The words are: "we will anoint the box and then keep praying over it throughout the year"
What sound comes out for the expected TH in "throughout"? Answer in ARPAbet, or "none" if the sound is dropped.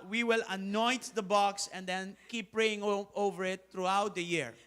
T